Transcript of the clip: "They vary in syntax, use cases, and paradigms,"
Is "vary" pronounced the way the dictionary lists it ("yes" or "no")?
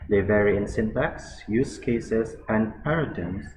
yes